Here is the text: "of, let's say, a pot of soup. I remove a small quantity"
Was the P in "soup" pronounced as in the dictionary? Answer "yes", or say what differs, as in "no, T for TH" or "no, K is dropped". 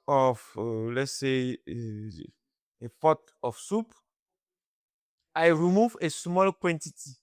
yes